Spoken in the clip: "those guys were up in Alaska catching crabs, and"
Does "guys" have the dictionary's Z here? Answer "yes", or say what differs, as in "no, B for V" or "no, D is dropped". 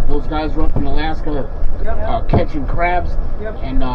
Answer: yes